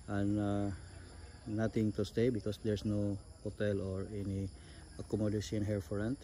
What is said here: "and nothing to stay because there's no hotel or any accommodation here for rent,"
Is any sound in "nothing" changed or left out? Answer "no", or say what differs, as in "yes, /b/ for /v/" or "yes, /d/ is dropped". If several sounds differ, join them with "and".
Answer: yes, /t/ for /θ/